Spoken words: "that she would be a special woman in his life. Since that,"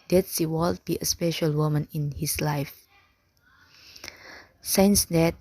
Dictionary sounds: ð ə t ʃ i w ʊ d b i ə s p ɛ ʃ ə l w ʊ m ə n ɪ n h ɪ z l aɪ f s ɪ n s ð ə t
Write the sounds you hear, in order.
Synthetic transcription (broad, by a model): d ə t s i w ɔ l b i ə s p ɛ ʃ ə l w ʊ m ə n ɪ n h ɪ s l aɪ f s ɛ n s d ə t